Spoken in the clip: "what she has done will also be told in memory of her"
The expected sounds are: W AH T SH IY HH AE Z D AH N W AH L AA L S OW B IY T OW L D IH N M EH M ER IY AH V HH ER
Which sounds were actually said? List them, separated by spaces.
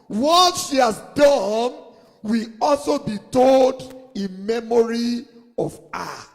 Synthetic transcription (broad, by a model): W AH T SH IY HH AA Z D AH N W AH L AA L S OW B IY T OW L D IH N M EH M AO IY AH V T